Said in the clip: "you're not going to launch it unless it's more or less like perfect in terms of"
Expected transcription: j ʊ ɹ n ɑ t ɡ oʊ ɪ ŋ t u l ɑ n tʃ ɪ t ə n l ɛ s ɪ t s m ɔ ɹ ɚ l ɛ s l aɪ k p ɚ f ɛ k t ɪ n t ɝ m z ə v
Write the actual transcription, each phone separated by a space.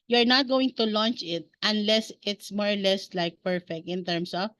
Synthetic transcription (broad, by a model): j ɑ ɹ n ɑ t ɡ oʊ ɪ ŋ t u l ɑ n tʃ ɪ t ə n l ɛ s ɪ t s m ɔ ɹ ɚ l ɛ s l aɪ k p ɚ f ɛ k t ɪ n t ɝ m s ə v